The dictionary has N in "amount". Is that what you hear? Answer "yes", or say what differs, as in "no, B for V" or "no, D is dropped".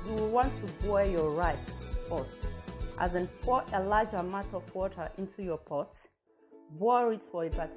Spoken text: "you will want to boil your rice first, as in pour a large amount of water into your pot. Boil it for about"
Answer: no, N is dropped